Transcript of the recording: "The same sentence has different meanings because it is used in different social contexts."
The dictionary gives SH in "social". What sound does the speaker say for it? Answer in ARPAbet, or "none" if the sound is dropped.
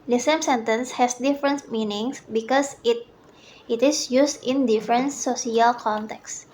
S